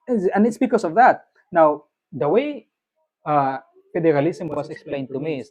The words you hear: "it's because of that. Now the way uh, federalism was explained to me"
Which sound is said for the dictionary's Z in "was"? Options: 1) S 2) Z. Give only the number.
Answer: 1